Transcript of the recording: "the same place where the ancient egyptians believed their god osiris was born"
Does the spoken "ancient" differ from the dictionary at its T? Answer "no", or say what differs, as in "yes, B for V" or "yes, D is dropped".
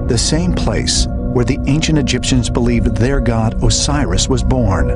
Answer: no